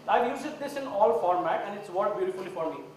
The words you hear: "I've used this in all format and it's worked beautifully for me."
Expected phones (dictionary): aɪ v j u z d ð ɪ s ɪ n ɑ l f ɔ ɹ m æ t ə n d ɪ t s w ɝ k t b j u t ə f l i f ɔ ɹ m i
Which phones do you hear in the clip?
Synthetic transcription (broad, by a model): aɪ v j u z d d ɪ s ɪ n ɑ l f ɔ ɹ m æ t ə n d ɪ t s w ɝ t b j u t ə f l i f ɔ ɹ m i